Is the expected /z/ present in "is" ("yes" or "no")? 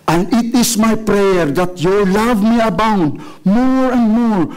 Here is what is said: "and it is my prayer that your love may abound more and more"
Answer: no